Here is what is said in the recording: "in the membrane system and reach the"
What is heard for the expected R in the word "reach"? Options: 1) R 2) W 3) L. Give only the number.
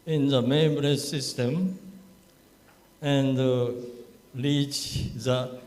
3